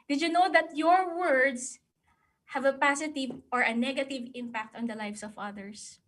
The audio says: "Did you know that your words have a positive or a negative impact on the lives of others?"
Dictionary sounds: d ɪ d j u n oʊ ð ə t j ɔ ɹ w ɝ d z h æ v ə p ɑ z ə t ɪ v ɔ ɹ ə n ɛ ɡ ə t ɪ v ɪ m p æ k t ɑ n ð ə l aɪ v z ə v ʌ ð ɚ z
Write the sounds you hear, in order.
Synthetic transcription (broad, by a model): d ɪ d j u n oʊ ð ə t j ɔ ɹ w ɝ d s h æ v ə p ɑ s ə t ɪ v ɔ ɹ ə n ɛ ɡ ə t ɪ v ɪ m p æ k t ɑ n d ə l aɪ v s ə v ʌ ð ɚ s